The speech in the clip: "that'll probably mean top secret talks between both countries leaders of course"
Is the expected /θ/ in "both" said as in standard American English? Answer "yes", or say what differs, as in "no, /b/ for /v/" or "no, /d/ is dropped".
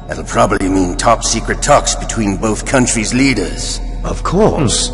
yes